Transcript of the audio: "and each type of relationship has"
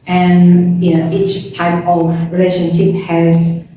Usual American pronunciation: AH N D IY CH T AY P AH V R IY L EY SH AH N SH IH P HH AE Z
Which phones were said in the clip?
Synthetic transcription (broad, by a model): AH N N IY CH T AY P AH V R IY L EY SH AH N SH IH P HH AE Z